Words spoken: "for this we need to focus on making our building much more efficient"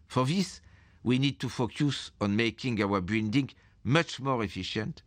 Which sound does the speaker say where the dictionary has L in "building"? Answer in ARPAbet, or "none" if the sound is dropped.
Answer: N